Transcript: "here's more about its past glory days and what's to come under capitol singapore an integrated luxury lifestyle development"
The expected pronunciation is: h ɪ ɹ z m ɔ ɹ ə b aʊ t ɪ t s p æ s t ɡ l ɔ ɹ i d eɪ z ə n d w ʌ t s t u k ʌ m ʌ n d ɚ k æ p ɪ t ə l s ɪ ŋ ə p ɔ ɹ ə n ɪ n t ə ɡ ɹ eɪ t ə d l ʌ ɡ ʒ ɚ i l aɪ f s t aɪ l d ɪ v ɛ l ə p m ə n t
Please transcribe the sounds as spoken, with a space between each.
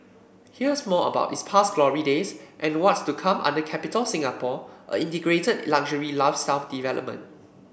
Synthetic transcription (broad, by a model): h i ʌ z m ɔ ə b aʊ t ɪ s p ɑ s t ɡ l ɔ ɹ i d eɪ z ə n w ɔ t s t u k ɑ m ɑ n d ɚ k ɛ p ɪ t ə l s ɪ ŋ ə p ɔ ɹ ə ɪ n t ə ɡ ɹ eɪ t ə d l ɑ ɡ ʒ ɚ i l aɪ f s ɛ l d ɪ v ɛ l ə p m ə n t